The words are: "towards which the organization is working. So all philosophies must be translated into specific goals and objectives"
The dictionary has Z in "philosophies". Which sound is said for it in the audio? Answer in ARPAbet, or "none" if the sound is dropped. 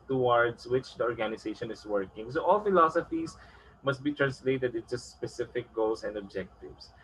S